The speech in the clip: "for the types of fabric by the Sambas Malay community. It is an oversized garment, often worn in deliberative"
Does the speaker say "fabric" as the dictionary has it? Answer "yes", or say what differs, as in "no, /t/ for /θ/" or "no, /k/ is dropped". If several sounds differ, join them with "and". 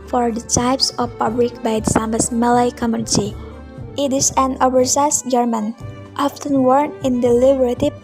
no, /l/ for /ɹ/